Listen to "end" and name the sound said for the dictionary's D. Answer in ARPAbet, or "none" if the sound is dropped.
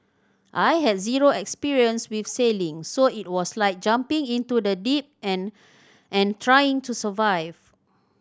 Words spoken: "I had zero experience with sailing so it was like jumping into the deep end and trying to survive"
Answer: none